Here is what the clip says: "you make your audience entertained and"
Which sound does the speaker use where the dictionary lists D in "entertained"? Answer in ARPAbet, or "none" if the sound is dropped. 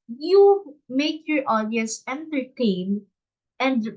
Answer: none